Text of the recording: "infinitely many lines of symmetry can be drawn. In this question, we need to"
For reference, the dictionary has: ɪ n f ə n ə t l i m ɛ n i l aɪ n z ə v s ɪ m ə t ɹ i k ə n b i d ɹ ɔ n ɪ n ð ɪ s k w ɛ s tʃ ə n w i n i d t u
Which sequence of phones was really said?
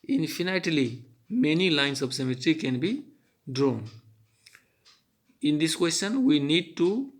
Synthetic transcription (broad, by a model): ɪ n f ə n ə t l i m ɛ n i l aɪ n s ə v s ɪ m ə t ɹ i k ə n b i d ɹ ɔ n ɪ n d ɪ s k w ɛ s tʃ ə n w i n i d t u